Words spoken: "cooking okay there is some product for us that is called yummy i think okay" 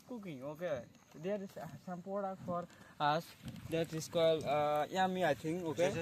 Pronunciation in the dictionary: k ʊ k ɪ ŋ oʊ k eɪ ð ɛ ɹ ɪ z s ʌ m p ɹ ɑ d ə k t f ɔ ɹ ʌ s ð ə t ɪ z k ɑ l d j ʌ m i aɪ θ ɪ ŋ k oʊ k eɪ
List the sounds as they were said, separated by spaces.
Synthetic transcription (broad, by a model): k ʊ k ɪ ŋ oʊ k eɪ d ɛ ɹ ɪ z s ʌ m p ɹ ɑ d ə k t f ɔ ɹ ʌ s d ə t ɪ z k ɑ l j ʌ m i aɪ t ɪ ŋ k oʊ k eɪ